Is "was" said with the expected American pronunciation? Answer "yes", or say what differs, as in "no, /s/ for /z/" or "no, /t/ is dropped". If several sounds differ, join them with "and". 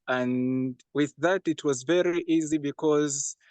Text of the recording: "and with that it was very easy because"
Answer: yes